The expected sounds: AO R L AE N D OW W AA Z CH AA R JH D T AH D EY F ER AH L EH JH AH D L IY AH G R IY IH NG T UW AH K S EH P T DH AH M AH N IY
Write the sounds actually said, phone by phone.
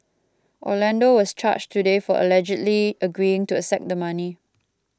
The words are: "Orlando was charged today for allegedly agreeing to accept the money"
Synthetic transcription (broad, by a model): AO L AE N D OW W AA S CH AA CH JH T AH D EY F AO AH L EH JH AH D L IY AH G R IY IH NG T UW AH S EH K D AH M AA N IY